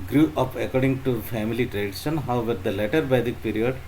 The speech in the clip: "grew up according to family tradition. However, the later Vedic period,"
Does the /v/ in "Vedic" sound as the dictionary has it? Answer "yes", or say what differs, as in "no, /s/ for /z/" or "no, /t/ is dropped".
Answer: no, /b/ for /v/